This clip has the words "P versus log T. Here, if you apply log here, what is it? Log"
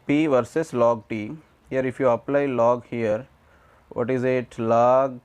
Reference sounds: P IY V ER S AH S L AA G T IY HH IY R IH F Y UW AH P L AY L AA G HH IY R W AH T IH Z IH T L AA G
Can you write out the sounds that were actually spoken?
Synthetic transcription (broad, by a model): P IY V ER S AH S L AA G T IY HH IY R IH F Y UW AH P L AY L AA G HH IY R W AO T IH Z IH T L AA G